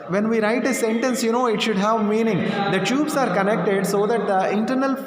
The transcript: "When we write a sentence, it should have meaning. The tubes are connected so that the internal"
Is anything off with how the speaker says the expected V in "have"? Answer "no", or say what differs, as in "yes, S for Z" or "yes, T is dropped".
no